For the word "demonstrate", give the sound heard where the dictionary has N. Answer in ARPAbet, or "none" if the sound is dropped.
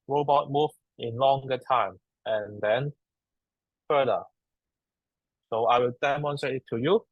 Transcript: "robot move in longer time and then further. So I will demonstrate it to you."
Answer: N